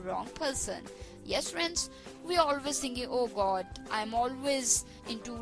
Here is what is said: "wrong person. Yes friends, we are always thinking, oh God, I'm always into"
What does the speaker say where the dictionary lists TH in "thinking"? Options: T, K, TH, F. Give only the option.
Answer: T